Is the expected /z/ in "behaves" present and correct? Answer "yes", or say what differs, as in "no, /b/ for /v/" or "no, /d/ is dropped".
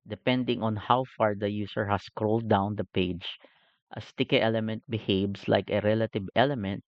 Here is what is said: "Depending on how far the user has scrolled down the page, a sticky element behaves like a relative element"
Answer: no, /s/ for /z/